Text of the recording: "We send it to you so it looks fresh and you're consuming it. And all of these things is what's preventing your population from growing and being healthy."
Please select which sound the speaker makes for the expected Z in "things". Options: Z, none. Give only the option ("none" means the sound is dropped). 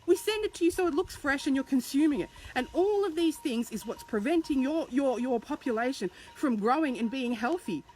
Z